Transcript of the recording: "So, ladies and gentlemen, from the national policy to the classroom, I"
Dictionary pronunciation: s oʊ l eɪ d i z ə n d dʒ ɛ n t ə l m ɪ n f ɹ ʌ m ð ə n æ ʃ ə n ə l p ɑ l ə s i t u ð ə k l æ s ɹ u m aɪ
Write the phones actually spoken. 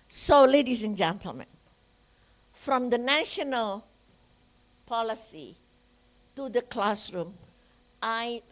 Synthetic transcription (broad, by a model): s oʊ l eɪ d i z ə n dʒ ɛ n t ə l m ɪ n f ɹ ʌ m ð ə n æ ʃ ə n ə l p ɑ l ə s i t u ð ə k l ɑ s ɹ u m aɪ